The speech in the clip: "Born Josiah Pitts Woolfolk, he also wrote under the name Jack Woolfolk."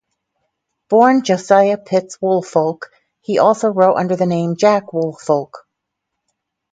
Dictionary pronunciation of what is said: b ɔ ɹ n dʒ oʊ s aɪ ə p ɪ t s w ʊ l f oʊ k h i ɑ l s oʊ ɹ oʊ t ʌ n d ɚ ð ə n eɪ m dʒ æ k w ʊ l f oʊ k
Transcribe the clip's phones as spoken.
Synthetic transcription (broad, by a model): b ɔ ɹ n dʒ oʊ s aɪ ə p ɪ t s w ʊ l f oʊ k h i ɑ l s oʊ ɹ oʊ t ʌ n d ɚ ð ə n eɪ m dʒ æ k w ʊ l f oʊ k